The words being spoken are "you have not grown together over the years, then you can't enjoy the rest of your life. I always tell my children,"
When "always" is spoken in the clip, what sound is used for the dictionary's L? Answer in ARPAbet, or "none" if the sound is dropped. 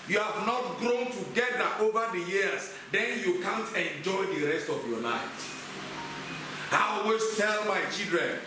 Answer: none